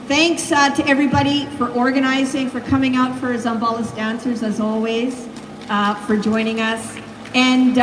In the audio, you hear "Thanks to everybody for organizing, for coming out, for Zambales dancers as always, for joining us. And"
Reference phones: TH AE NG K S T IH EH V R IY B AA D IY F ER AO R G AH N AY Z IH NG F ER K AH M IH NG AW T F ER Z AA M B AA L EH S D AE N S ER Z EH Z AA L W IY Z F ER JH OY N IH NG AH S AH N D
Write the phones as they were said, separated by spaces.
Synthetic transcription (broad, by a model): TH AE NG K S T IH EH V R IY B AA D IY F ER AO R G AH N AY Z IH NG F ER K AH M IH NG AW T F ER Z AA M B AA L EH S D AE N S ER Z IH Z AA L W IY Z F ER JH OY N IH NG AH S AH N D